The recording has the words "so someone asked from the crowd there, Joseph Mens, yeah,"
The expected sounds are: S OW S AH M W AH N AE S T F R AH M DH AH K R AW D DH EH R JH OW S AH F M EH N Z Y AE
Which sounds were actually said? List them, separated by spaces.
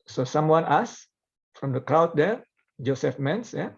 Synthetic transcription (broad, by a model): S OW S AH M W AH N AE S F R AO M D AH K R AW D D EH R JH OW S AH F M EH N S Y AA